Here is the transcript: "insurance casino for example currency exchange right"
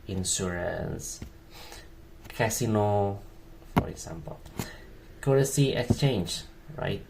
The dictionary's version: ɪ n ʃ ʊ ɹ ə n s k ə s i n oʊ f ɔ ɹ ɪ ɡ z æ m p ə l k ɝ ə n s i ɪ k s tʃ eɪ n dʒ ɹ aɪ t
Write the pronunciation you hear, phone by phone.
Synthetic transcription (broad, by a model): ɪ n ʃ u ɹ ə n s k ə s i n oʊ f ɔ ɹ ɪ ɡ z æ m p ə l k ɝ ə s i ɪ k s tʃ eɪ n dʒ ɹ aɪ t